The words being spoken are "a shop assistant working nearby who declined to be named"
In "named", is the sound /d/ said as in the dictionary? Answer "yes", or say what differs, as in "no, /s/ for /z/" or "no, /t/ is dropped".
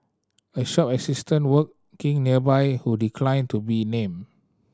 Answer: no, /d/ is dropped